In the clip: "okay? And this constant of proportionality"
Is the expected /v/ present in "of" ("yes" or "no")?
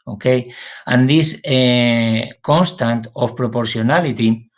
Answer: no